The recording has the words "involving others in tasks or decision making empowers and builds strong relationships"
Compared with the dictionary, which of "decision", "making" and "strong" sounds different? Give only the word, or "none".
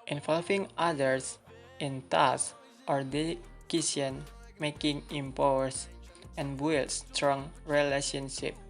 decision